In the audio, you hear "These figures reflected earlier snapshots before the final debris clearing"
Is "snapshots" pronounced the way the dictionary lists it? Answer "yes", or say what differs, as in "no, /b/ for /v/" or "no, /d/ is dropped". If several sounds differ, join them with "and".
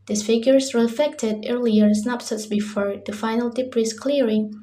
no, /s/ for /ʃ/